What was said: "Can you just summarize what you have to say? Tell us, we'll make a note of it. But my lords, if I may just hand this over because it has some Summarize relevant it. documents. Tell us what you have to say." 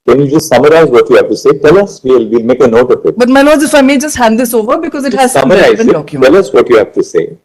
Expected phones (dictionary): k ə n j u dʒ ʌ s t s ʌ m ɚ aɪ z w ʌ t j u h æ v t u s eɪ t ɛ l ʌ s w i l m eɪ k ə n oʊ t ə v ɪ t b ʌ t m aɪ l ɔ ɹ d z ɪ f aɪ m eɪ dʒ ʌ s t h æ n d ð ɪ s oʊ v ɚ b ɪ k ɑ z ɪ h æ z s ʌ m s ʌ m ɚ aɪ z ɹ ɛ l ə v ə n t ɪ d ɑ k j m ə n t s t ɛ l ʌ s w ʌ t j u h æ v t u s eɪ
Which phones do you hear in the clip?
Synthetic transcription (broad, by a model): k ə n j u dʒ ʌ s t s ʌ m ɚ aɪ z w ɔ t j u h æ v t u s eɪ t ɛ l ʌ s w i l m eɪ k ə n oʊ t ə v ɪ t b ʌ t m aɪ l ɔ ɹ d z ɪ f aɪ m eɪ dʒ ʌ s t h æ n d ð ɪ s oʊ v ɚ b ɪ k ɑ z ɪ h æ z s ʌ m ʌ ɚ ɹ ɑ ə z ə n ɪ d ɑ k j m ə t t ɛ l ʌ s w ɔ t j u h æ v t u s eɪ